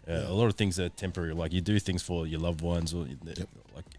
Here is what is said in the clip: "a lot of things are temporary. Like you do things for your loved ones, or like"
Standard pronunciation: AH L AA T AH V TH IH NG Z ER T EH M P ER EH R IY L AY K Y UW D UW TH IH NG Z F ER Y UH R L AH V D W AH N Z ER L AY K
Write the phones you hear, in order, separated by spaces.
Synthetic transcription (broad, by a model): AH L AA T AH V TH IH NG Z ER T EH M P ER EH R IY L AY K Y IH D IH TH IH NG Z F ER Y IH L AH V W AH N Z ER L AY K